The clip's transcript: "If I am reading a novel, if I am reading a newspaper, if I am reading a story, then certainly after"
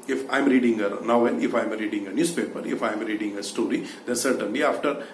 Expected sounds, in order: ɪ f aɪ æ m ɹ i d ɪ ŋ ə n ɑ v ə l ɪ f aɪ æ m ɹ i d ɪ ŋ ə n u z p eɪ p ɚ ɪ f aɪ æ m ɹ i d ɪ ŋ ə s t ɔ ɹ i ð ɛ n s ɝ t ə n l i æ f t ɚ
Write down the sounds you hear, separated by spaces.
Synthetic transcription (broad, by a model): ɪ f aɪ m ɹ i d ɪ ŋ ə n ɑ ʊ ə n ɪ f aɪ m ɹ i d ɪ ŋ ə n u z p eɪ p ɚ ɪ f aɪ m ɹ i d ɪ ŋ ə s t ɔ ɹ i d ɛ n s ɝ t ə n l i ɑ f t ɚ